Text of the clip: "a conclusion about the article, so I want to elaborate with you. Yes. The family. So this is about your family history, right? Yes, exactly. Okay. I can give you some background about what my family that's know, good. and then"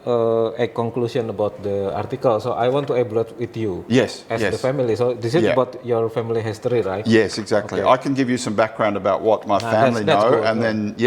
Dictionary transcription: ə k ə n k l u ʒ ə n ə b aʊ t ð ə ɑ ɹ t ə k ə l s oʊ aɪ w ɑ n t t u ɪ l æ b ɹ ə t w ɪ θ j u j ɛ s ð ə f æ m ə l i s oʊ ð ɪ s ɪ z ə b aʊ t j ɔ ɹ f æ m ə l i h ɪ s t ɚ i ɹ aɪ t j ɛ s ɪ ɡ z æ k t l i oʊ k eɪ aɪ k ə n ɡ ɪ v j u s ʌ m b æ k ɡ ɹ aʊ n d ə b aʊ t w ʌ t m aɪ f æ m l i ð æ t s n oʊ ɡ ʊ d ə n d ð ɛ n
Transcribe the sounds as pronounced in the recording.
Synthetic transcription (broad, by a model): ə k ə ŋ k l u s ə n ə b aʊ t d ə ɑ ɹ t ə k ə l s oʊ aɪ w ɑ n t t u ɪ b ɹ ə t w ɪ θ j u j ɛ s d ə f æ m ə l i s oʊ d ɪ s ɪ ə b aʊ t j ɔ ɹ f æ m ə l i h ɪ s t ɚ i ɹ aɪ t j ɛ s ɪ ɡ z æ k t l i aɪ k ə n ɡ ɪ v j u s ʌ m b æ k ɡ ɹ aʊ n d ə b aʊ t w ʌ t m aɪ f æ m l i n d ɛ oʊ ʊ ə n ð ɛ n